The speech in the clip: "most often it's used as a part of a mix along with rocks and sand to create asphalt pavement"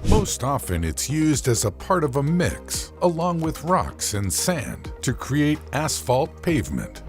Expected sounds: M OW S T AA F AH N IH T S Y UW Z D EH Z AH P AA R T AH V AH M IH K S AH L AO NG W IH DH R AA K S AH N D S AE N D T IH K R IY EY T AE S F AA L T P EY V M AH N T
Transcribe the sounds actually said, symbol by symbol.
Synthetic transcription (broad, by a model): M OW S T AA F AH N IH T S Y UW Z D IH Z AH P AA R T AH V AH M IH K S AH L AO NG W IH DH R AA K S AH N S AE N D T IH K R IY EY T AE S F AA L T P EY V M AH N T